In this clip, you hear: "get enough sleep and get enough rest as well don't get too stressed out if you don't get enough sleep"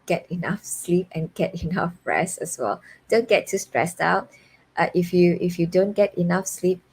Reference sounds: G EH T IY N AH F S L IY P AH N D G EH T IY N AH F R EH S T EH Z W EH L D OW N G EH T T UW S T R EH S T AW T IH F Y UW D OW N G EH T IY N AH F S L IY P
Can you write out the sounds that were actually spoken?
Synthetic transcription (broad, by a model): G EH T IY N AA F S L IY P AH N G EH T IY N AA F R EH S EH S W EH L D OW N G EH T T UW S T R EH S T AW T IH F Y UW D OW N G EH T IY N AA F S L IY P